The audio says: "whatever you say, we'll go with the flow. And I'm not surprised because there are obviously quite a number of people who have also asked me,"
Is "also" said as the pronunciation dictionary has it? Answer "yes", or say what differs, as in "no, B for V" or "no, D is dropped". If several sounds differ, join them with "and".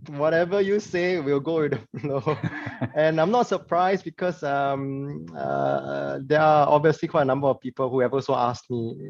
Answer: no, L is dropped